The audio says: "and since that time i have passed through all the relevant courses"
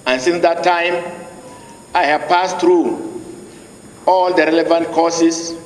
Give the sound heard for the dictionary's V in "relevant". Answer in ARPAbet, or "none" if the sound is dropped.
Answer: V